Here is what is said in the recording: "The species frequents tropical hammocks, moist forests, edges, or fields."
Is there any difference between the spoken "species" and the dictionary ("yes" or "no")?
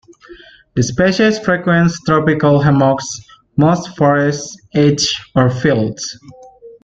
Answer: yes